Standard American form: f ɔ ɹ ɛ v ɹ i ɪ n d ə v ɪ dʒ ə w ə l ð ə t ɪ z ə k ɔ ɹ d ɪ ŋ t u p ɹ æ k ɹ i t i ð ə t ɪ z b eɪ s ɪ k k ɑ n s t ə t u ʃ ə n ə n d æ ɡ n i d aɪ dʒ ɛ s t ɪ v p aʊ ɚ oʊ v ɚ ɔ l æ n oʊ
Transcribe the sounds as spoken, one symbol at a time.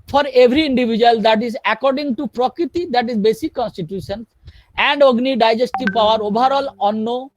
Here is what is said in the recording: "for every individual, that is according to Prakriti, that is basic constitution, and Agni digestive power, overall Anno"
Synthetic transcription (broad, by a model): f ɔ ɹ ɛ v ɹ i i n d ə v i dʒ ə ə l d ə t ɪ z ə k ɔ ɹ d ɪ ŋ t u p ɹ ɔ k ɹ i t i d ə t ɪ z b eɪ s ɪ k k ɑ n s t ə t u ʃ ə n ə n d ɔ ɡ n i d aɪ dʒ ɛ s t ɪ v p aʊ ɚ oʊ b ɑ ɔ l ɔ n oʊ